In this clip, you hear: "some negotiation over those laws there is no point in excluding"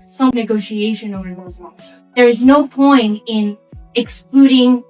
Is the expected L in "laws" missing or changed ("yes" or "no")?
yes